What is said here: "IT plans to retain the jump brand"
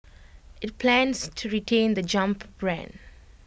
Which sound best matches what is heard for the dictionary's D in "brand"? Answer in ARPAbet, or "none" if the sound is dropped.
D